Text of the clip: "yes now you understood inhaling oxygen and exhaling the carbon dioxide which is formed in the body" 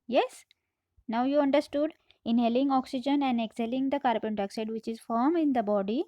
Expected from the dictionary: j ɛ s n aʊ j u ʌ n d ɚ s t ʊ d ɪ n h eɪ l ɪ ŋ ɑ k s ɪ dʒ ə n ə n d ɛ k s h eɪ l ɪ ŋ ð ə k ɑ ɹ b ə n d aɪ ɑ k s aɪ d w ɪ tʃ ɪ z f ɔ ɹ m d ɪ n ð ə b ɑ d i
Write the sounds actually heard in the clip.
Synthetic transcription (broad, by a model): j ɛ s n aʊ j u ʌ n d ɚ s t ʊ d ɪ n h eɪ l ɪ ŋ ɑ k s ɪ dʒ ə n ə n d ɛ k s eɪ l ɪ ŋ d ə k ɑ ɹ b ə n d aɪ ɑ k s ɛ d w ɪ tʃ ɪ z f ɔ ɹ m ɪ n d ə b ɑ d i